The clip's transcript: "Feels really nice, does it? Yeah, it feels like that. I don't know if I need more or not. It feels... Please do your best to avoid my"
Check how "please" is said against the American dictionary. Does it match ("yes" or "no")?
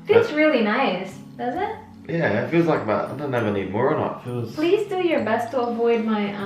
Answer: yes